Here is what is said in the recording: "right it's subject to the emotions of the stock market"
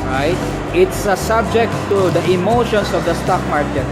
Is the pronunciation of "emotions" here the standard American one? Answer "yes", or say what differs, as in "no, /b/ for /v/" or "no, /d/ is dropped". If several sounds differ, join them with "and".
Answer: no, /s/ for /z/